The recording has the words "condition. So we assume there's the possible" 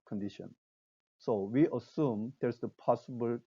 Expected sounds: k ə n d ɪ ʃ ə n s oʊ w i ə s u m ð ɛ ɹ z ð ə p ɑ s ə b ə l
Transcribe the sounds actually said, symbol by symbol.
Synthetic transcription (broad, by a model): k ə n d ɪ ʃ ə n s oʊ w i ə s u m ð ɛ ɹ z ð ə p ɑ s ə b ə l